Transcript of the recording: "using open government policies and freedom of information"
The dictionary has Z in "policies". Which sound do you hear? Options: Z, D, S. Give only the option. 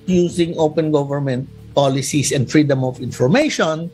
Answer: S